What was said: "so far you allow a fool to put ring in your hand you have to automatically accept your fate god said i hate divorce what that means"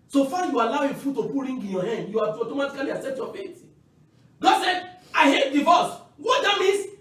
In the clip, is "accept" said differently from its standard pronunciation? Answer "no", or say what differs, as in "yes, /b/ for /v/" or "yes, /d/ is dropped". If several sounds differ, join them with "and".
yes, /k/ is dropped and /p/ is dropped